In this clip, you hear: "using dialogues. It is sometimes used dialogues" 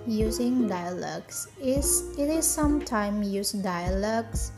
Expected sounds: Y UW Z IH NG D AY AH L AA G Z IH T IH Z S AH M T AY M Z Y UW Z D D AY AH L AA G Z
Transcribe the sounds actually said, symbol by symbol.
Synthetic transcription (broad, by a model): Y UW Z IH NG D AY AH L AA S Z IH T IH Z S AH M T AY M Y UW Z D D AY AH L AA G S